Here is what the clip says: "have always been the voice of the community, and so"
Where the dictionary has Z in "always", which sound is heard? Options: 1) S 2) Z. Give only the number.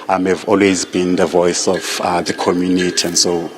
2